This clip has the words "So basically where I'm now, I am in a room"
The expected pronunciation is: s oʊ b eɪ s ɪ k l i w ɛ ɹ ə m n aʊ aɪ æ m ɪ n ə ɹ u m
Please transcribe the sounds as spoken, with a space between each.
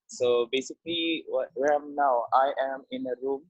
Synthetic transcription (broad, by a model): s oʊ b eɪ s ɪ k l i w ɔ w ə m n aʊ aɪ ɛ m ɪ n ə ɹ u m